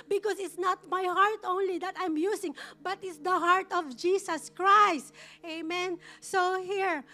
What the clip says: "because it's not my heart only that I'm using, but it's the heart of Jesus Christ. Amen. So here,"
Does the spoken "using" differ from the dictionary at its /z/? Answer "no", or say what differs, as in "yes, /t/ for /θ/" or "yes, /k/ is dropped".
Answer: yes, /s/ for /z/